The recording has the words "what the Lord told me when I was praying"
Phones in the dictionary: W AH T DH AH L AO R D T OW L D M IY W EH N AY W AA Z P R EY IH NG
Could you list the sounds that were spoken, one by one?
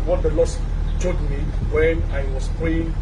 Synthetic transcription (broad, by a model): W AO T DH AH L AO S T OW D M IY W EH N AY W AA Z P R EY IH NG